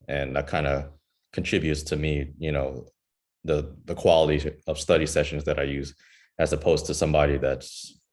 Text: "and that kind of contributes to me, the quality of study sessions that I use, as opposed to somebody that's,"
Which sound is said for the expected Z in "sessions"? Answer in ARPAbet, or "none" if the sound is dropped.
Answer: Z